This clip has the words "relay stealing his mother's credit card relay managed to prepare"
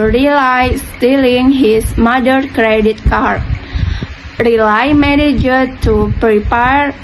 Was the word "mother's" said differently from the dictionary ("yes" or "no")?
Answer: yes